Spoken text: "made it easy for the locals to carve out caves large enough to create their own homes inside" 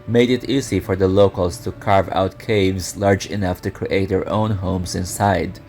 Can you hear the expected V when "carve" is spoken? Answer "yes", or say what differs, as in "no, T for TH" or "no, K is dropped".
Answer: yes